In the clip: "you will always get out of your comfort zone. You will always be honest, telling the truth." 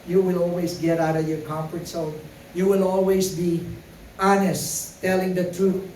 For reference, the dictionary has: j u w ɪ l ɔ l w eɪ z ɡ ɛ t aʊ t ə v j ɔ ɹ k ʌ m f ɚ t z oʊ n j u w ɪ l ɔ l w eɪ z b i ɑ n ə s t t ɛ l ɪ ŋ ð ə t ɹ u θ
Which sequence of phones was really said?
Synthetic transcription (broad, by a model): j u w ɪ l ɔ l w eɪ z ɡ ɛ t aʊ t ə v j ɔ ɹ k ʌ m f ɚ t s oʊ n j u w ɪ l ɔ l w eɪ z b i ɑ n ə s t t ɛ l ɪ ŋ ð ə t ɹ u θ